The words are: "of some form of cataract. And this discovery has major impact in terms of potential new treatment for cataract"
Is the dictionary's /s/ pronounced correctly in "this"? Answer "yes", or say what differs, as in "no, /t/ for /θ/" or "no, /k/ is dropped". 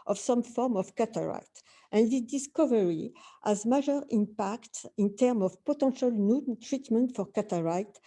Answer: no, /s/ is dropped